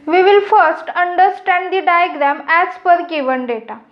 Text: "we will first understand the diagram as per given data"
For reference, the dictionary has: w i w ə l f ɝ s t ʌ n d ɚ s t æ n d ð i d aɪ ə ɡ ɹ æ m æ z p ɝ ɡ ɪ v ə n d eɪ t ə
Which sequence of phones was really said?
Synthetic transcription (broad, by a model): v i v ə l f ɝ s t ʌ n d ɚ s t æ n d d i d aɪ ə ɡ ɹ æ m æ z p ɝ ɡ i v ə n d eɪ t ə